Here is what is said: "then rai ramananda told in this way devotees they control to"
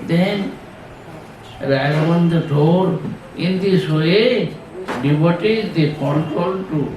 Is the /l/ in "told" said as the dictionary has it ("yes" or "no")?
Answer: no